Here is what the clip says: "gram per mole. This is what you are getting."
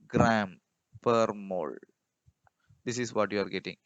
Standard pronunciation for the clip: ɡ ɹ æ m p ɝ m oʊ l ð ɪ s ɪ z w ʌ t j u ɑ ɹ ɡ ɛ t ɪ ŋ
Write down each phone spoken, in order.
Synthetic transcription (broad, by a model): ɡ ɹ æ m p ɝ m oʊ l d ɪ s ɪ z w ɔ t j u ɑ ɹ ɡ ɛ t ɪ ŋ